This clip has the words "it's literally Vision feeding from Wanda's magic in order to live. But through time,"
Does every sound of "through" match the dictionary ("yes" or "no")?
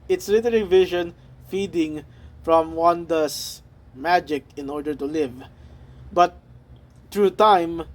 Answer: no